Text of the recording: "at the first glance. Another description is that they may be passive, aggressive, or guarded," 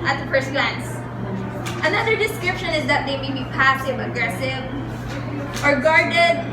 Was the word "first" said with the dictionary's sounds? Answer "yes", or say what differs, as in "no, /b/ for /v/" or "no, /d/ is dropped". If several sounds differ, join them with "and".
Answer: no, /p/ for /f/